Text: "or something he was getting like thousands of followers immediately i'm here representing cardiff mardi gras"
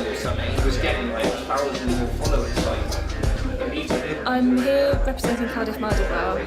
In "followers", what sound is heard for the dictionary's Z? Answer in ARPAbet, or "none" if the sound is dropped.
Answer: S